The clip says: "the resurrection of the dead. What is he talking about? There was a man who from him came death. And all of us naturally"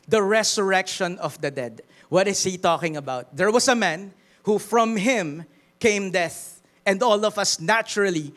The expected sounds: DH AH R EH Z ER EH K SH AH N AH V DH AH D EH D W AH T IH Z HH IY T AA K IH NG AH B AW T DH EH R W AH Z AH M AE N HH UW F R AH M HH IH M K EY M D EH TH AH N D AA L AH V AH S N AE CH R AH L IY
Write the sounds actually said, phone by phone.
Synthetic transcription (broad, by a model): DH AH R EH S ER EH K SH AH N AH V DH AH D EH D W AH T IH S HH IY T AA K IH NG AH B AW T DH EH R W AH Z AH M AE N HH UW F R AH M HH IH M K EY M D EH TH AH N D AA L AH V AH S N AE CH R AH L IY